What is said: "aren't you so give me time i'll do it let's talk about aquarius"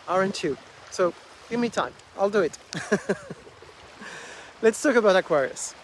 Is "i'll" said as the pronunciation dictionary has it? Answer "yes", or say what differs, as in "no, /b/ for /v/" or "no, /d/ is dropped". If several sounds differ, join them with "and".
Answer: yes